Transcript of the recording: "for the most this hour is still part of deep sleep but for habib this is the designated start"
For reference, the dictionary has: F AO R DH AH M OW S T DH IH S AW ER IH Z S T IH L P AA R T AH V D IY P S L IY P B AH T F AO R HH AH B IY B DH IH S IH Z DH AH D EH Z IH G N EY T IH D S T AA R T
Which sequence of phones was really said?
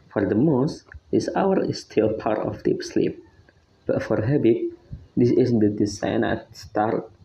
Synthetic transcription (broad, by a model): F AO R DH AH M OW S T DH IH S AW ER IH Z S T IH L P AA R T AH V D IY P S L IY P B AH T F AO R HH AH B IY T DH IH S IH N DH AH D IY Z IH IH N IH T S T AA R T